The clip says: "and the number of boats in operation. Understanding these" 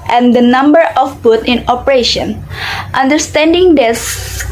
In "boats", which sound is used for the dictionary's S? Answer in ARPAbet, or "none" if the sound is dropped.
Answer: none